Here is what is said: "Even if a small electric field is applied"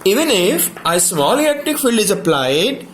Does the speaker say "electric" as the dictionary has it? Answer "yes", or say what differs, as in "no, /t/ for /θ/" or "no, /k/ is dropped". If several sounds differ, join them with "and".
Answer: no, /ɹ/ is dropped